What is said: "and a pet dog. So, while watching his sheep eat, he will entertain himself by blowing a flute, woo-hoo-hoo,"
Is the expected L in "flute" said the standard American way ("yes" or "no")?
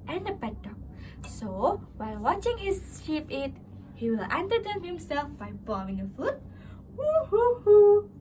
no